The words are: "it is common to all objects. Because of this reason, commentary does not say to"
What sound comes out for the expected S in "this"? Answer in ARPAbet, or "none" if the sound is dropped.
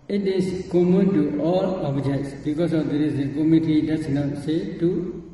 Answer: none